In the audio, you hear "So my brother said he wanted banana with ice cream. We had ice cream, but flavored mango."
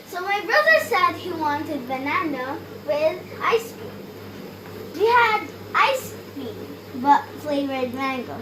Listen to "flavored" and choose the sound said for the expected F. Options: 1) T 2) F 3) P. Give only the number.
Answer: 3